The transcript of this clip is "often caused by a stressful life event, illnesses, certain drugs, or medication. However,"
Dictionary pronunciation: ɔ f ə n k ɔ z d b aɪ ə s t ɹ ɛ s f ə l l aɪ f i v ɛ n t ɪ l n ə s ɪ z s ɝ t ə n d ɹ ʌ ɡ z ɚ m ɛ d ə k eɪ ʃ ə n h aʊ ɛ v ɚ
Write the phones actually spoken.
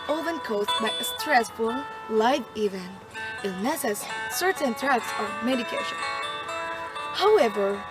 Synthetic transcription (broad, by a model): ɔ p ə n k ɔ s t b aɪ ə s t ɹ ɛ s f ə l l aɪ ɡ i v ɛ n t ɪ n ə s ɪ s ɝ t ə n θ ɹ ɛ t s ɚ m ɛ d ə k eɪ ʃ ə n h aʊ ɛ v ɚ